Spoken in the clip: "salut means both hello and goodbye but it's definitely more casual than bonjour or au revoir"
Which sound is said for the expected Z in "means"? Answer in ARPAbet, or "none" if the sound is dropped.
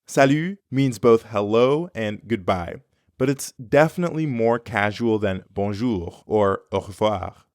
Z